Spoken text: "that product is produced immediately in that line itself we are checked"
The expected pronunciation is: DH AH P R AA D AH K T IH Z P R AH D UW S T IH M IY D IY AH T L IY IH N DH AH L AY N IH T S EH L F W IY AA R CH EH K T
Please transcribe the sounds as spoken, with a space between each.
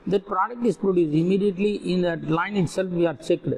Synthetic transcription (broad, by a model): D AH P R AA D AH K T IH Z P R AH D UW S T IH M IY D IY AH T L IY IH N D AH L AY N IH T S EH L F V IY AA R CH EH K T